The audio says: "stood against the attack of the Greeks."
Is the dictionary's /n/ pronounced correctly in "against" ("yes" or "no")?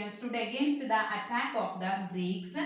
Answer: yes